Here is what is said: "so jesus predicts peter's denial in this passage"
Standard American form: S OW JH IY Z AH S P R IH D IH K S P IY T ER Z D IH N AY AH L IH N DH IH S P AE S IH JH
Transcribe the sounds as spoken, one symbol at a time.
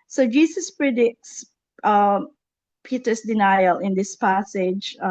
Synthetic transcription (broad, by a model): S OW JH IY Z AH S P R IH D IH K S P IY T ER S D IH N AY AH L IH N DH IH S P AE S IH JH